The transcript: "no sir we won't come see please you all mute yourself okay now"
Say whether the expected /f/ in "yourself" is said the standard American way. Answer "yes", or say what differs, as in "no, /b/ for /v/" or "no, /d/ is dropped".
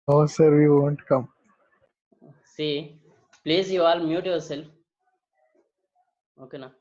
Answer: no, /f/ is dropped